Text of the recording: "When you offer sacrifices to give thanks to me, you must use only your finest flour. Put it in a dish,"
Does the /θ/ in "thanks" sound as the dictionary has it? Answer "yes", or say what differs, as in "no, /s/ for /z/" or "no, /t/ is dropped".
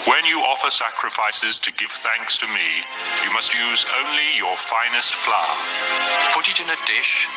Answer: yes